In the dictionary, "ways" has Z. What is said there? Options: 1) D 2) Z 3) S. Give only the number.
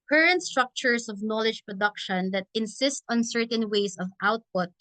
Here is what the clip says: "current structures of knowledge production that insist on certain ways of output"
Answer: 3